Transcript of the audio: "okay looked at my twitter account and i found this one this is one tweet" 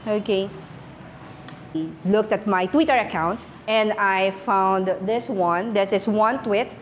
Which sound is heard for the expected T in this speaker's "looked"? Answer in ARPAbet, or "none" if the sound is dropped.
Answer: T